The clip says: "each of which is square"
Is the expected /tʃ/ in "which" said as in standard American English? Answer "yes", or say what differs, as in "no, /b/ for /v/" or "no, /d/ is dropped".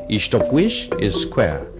no, /ʃ/ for /tʃ/